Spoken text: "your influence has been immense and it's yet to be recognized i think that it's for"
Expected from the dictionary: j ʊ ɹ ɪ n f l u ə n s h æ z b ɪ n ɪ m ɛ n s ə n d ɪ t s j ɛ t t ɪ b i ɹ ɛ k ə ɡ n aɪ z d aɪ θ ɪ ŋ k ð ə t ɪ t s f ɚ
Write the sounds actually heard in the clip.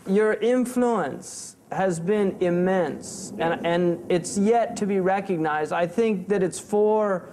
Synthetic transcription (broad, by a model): j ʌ ɹ ɪ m f l u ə n s h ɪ z b ɪ n ɪ m ɛ n s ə n ɪ t s j ɛ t t ɪ b i ɹ ɛ k ə ɡ n aɪ z d aɪ θ ɪ ŋ k ð ə t ɪ t s f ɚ